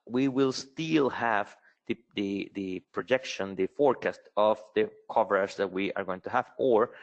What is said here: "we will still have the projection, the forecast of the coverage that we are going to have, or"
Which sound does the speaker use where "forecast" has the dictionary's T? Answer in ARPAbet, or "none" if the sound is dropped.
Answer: T